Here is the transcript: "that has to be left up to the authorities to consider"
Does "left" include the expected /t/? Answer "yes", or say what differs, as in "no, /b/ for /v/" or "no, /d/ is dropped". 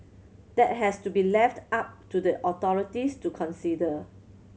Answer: yes